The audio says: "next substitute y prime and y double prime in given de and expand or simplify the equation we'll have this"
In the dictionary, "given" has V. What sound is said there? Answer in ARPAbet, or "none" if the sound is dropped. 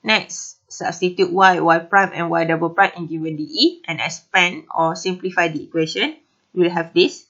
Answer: W